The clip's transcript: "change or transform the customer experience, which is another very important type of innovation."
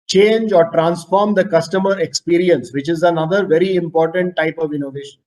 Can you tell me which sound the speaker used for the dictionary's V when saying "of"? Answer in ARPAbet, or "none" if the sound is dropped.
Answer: V